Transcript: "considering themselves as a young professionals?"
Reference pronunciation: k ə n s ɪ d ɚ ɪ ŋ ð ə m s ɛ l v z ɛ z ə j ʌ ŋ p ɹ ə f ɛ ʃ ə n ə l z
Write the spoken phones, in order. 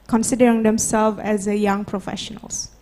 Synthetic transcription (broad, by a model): k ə n s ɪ d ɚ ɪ ŋ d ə m s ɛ l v ɛ z ə j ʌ ŋ p ɹ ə f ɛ ʃ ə n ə l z